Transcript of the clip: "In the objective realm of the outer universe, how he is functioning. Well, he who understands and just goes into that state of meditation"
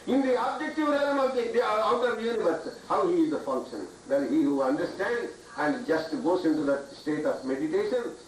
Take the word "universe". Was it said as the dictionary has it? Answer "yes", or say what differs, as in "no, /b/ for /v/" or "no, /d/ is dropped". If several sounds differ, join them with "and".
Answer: no, /n/ is dropped